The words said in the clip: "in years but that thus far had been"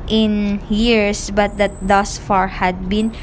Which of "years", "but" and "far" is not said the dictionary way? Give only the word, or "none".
years